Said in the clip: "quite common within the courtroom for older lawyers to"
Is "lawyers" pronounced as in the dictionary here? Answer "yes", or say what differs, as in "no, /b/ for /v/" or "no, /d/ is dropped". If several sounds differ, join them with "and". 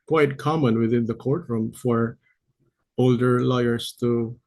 no, /s/ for /z/